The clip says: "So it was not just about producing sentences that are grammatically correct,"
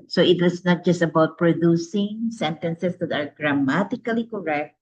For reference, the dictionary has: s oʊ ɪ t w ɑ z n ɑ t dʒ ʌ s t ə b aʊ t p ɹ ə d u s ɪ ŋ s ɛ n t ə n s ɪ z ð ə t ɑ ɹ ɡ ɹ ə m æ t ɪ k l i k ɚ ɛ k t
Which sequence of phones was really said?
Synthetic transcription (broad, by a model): s oʊ ɪ t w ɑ s n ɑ t dʒ ʌ s t ə b aʊ t p ɹ ə d u s ɪ ŋ s ɛ n t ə n s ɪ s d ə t ɑ ɹ ɡ ɹ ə m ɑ t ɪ k l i k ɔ ɛ k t